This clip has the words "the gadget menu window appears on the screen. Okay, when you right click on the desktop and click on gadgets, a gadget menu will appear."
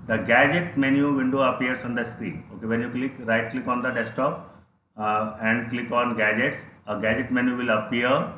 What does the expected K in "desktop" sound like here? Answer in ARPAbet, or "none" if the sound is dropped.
none